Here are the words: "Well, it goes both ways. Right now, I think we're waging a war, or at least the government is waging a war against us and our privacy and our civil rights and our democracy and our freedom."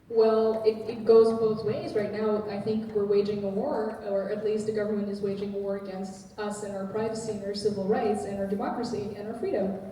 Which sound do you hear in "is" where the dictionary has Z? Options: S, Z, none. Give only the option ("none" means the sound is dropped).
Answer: Z